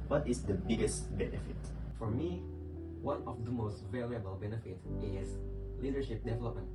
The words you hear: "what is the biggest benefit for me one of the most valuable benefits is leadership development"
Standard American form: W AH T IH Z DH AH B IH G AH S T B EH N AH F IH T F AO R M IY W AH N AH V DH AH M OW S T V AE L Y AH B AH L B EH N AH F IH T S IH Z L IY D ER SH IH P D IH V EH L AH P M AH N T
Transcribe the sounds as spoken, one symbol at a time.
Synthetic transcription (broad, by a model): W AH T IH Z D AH B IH G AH S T B EH N AH F IH T F AO R M IY W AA N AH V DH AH M OW S T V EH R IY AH B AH L B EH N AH F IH T IH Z L IY D ER SH IH P D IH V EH L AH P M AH N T